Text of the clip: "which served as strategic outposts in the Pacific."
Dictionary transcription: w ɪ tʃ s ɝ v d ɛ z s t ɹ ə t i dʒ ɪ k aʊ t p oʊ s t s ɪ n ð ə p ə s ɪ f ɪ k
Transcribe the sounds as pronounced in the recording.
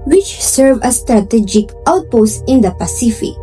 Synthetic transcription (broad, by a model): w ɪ tʃ s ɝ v ʌ s t ɹ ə t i dʒ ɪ k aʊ t p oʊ s t ɪ n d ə p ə s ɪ f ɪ k